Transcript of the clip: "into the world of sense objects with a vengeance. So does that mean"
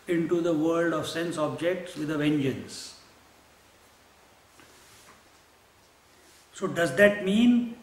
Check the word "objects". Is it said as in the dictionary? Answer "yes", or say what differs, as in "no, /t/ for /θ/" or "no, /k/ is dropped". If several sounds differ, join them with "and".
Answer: yes